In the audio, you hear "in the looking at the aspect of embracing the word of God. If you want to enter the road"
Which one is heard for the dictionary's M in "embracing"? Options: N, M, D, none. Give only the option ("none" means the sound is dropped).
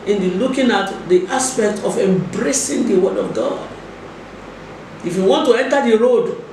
M